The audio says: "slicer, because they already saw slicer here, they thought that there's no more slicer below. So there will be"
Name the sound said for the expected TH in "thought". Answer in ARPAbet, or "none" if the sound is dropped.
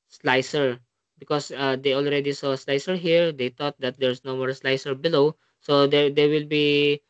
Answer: T